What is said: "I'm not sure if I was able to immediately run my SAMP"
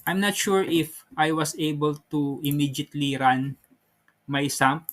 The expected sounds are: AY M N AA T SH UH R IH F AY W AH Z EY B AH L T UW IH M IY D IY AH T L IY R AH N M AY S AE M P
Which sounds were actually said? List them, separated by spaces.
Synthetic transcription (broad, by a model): AY M N AA T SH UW R IH F AY W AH S EY B AH L T UW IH M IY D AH T L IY R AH N M AY S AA M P